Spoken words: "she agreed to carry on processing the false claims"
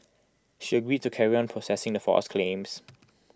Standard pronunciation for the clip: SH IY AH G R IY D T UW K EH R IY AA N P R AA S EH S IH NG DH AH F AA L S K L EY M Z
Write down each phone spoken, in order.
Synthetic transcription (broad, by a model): SH IY AH G R IY D T UW K EH R IY AA N P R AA S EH S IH NG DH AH F AA S K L EY M S